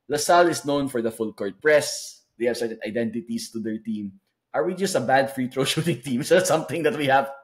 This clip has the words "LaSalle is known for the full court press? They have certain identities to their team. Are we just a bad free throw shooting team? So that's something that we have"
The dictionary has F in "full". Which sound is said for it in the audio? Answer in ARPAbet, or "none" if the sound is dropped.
F